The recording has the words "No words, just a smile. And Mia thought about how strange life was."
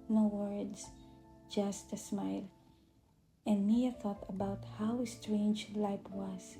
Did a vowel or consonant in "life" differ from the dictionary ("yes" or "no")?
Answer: yes